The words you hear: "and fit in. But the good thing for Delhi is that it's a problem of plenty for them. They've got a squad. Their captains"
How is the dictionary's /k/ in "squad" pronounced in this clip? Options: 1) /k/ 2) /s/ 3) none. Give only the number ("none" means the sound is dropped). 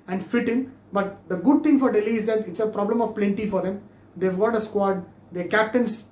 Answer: 1